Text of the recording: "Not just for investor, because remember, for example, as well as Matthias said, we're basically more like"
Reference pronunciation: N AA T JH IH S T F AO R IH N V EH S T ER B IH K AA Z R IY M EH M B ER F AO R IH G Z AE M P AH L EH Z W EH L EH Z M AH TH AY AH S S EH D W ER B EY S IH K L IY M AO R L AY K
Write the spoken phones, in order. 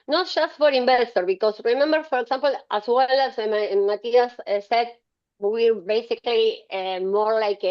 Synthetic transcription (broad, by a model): N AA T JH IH S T F AO R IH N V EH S T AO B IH K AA S R IY M EH M B ER F AO R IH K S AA M P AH L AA S W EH L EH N M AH T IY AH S S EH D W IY B EY S IH K L IY M AO R L AY K